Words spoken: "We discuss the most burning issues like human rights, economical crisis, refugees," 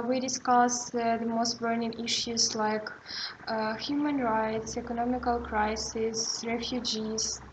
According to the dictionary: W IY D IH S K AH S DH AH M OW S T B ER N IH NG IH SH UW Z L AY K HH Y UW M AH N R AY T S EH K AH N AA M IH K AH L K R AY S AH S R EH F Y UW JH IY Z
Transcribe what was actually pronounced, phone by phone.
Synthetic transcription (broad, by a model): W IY D IH S K AH S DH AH M OW S T B ER N IH NG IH SH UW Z L AY K HH Y UW M AH N R AY T S EH K AH N AA M IH K AH L K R AY S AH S R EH F Y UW JH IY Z